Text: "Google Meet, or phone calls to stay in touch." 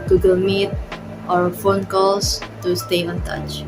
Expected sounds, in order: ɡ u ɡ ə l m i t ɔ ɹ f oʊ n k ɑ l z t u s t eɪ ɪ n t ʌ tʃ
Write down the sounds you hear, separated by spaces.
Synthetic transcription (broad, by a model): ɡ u ɡ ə l m i t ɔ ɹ f oʊ n k ɑ l s t u s t eɪ ɪ n t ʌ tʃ